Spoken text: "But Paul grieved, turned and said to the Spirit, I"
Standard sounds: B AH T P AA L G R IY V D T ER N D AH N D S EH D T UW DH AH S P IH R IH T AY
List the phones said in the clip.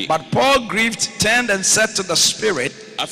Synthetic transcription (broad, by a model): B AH T P AA L G R IY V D T ER N D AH N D S EH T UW DH AH S P IH R IH T